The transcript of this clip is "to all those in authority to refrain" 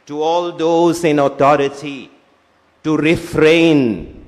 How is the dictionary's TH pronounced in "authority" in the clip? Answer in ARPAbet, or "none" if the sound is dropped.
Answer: T